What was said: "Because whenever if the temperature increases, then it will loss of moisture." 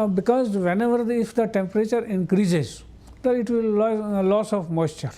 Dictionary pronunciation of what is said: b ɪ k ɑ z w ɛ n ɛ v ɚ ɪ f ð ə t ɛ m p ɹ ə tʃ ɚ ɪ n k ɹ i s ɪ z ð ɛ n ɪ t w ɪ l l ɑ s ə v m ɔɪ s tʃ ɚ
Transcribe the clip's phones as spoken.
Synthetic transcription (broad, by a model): b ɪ k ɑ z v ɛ n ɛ v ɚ ɪ f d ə t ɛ m p ɹ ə tʃ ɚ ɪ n k ɹ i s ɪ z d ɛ ɪ t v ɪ l l ɑ s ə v m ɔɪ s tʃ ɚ